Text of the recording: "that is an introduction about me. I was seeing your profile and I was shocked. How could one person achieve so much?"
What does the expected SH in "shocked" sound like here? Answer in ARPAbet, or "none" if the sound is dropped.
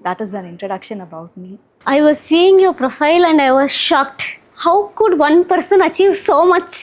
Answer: SH